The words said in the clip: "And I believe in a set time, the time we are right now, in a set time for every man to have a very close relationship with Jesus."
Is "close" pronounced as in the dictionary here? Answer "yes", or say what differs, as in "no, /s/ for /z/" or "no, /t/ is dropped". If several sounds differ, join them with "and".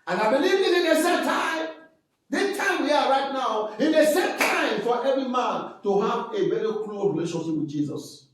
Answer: no, /s/ is dropped